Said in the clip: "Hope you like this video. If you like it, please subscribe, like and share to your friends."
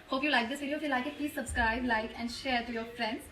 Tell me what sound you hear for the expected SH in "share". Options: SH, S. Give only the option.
SH